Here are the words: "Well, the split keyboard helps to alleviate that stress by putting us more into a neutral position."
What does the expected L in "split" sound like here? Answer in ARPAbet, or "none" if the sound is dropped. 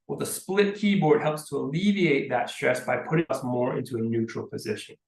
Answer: L